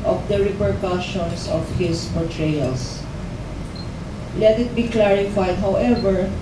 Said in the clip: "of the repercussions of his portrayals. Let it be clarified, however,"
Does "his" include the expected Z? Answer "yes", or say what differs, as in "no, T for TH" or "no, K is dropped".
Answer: no, S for Z